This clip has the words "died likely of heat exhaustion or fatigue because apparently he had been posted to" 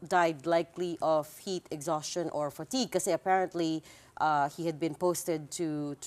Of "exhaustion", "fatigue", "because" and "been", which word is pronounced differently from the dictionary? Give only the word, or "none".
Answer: because